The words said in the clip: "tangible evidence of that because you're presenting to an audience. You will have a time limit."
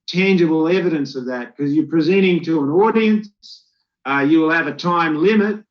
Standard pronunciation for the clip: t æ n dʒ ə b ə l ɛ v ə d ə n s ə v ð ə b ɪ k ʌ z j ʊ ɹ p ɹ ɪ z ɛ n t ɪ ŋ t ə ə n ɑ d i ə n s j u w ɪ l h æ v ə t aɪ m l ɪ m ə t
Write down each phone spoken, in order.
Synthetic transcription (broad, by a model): t æ n dʒ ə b l ɛ v ə d ə n s ə v ð ə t k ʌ z j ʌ ɹ p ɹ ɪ z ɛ t ɪ ŋ t ə ə n ɑ d i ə n s j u w ɪ l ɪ v ə t aɪ m l ɪ m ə t